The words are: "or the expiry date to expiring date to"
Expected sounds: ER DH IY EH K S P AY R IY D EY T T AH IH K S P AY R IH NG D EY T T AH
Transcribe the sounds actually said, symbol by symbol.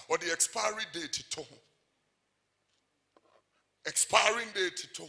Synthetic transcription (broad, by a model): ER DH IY EH K S P AY R IY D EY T T AH IH K S P AY R IH NG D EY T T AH